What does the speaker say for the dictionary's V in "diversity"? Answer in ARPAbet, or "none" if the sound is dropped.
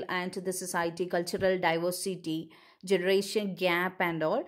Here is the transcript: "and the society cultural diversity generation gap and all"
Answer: V